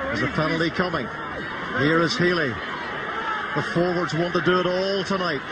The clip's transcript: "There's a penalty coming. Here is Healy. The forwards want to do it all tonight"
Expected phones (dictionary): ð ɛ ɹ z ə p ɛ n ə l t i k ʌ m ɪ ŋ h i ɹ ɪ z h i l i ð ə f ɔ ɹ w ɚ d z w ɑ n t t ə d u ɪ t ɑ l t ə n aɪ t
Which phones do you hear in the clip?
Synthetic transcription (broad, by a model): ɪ z ə f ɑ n l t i k ʌ m ɪ ŋ h i ɹ ɪ z h i l i ð ə f ɔ ɹ w ɚ d z w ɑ n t t ə d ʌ ɪ t ɑ l t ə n aɪ t